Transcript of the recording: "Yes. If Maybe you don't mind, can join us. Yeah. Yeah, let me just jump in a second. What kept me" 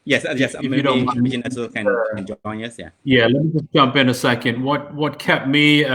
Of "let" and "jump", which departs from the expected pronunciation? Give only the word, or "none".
none